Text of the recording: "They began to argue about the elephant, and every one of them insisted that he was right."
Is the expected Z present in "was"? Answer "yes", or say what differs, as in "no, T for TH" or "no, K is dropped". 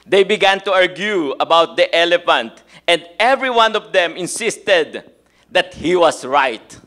no, S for Z